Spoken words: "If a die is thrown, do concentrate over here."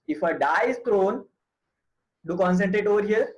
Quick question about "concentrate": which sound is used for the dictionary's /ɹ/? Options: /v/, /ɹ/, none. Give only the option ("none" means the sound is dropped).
/ɹ/